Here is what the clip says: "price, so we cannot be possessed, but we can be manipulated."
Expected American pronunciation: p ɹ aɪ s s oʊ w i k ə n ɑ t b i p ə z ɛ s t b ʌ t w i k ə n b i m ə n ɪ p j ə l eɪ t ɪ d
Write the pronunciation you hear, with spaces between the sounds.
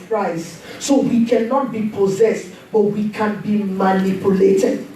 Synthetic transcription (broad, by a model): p ɹ aɪ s s oʊ w i k ə n ɑ t b i p ə z ɛ s t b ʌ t w i k ə n b i m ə n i p j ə l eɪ t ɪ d